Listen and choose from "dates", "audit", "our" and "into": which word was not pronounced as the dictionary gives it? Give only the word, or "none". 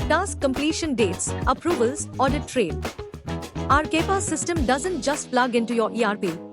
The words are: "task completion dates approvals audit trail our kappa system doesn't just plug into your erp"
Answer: none